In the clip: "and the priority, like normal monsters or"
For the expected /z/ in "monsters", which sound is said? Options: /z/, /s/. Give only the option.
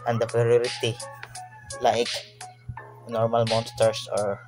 /s/